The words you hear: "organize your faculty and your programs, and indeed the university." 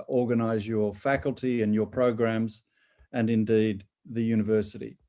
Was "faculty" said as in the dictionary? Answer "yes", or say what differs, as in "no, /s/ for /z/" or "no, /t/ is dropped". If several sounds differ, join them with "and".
yes